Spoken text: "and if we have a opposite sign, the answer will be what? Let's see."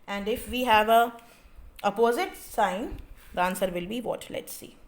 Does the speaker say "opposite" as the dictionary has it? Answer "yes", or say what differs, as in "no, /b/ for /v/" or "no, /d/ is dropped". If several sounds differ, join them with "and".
yes